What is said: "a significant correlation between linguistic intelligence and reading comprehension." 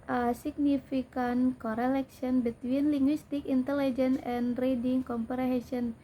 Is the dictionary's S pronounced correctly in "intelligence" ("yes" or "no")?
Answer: no